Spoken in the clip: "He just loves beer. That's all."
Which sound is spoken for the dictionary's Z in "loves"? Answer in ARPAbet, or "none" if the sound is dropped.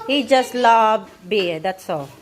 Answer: none